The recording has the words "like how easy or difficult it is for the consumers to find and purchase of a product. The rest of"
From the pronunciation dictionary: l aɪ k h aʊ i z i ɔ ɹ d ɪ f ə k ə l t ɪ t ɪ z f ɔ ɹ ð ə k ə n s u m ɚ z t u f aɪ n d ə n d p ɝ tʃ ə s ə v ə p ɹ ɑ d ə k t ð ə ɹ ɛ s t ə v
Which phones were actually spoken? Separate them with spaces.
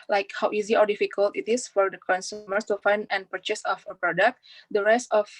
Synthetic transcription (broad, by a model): l aɪ k h aʊ i z i ɔ ɹ d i f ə k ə l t ɪ t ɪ s f ɔ ɹ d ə k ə n s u m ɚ s t u f aɪ n d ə n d p ɝ tʃ ə s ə f ə p ɹ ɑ d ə k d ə ɹ ɛ s t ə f